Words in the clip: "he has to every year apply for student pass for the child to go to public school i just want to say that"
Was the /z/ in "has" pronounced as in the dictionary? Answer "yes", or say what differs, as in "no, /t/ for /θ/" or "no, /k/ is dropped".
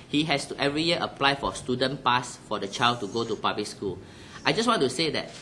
no, /s/ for /z/